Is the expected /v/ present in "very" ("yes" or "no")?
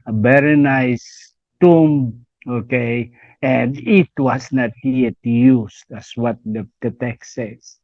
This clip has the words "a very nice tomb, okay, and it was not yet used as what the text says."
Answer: no